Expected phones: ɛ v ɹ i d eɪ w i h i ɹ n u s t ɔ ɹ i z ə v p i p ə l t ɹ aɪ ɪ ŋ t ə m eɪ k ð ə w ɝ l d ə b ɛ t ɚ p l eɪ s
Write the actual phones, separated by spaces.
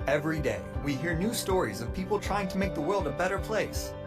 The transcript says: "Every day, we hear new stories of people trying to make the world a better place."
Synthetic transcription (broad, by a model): ɛ v ɹ i d eɪ w i h i ɹ n u s t ɔ ɹ i z ə v p i p l t ɹ aɪ ɪ ŋ t ə m eɪ k ð ə w ɝ l d ə b ɛ t ɚ p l eɪ s